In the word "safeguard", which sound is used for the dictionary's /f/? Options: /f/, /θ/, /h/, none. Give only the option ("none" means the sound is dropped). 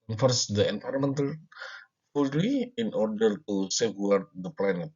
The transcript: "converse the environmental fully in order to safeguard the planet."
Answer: none